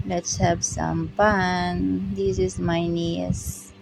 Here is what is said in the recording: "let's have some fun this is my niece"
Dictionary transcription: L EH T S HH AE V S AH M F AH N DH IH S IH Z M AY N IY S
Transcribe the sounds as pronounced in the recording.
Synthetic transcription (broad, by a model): L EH T S HH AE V S AH M P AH N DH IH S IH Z M AY N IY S